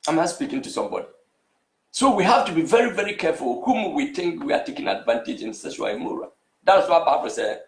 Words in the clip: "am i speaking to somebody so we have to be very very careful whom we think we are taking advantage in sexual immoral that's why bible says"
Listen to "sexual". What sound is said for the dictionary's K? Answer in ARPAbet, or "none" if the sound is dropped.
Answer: none